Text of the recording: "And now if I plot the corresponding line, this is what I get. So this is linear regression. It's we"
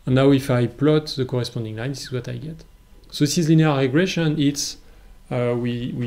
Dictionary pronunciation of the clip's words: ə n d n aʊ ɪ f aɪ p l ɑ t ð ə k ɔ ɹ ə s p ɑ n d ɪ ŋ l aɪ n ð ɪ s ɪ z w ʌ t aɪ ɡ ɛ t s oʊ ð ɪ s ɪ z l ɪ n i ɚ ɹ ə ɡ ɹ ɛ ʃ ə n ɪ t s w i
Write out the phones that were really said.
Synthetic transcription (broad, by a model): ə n n aʊ ɪ f aɪ p l ɑ t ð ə k ɔ ɹ ə s p ɑ n d ɪ ŋ l aɪ n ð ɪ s ɪ z w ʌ t aɪ ɡ ɛ t s oʊ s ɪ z l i n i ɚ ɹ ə ɡ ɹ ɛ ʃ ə n ɪ t s w i